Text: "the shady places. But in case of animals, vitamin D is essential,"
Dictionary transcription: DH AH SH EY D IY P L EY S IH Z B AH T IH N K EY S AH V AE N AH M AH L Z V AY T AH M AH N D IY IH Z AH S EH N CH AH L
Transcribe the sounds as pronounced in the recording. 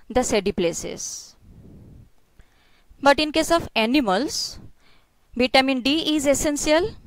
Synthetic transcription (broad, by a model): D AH S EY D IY P L EY S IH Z B AH T IH N K EY S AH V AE N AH M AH L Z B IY T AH M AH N D IY IH Z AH S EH N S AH L